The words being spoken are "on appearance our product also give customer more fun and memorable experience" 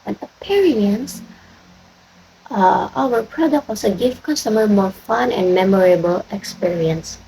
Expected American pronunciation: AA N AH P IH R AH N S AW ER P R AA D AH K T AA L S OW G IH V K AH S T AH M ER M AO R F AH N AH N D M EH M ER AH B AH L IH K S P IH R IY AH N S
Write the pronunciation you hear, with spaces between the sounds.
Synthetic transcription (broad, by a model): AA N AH P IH R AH N S AW ER P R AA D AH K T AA S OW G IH F K AH S T AH M ER M AO R F AH N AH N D M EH M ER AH B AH L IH K S P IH R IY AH N S